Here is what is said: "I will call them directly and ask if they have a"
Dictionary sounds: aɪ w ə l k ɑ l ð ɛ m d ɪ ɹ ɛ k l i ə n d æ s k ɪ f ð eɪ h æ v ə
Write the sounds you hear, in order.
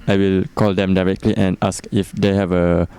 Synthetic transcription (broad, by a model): aɪ w ə l k ɑ l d ɛ m d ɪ ɹ ɛ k l i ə n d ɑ s k ɪ f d eɪ h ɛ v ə